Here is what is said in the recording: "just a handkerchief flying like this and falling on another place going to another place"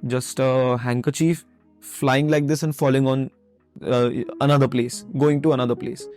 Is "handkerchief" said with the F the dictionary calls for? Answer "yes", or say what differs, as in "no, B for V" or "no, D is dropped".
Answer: yes